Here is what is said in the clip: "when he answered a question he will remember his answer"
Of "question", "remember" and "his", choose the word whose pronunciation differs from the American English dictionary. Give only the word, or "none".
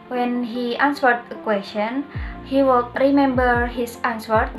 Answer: his